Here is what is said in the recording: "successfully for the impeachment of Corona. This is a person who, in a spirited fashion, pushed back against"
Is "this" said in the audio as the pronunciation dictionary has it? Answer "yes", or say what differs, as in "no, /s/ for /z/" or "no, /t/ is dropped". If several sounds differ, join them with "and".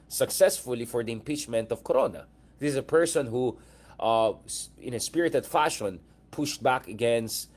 no, /s/ is dropped